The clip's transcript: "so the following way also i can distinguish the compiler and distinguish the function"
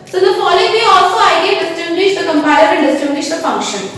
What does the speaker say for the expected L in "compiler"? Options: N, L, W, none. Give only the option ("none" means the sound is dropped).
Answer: none